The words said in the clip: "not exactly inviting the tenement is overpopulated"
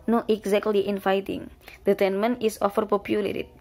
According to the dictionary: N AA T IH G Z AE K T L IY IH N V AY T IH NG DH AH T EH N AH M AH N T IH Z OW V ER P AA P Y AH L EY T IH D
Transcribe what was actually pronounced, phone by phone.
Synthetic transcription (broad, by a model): N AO T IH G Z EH K T L IY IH N F AY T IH NG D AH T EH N M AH N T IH S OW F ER P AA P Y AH L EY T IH